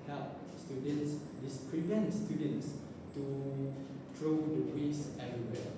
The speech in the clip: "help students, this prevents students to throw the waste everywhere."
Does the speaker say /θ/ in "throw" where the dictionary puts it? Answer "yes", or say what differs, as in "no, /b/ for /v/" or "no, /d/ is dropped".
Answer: no, /t/ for /θ/